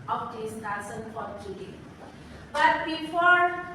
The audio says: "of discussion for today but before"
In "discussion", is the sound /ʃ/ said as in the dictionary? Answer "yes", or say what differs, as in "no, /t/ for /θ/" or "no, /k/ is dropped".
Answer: no, /s/ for /ʃ/